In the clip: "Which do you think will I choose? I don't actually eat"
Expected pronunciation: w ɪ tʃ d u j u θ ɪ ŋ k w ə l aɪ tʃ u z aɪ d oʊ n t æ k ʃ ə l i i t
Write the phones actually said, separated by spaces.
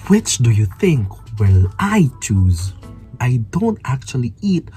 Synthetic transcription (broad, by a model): w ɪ tʃ d u j u θ ɪ ŋ k w ə l aɪ tʃ u z aɪ d oʊ n t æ k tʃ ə l i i t